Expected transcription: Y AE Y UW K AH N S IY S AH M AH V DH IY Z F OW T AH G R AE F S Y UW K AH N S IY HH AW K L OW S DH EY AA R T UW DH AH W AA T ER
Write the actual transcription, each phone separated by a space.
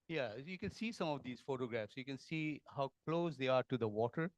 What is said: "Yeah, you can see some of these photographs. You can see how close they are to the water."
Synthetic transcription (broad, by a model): Y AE Y UW K AH N S IY S AH M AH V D IY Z F OW T AH G R AE F S Y UW K AH N S IY HH AW K L OW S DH EY AA R T UW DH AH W AA T ER